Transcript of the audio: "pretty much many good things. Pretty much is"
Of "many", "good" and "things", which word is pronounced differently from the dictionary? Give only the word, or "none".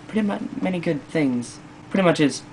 none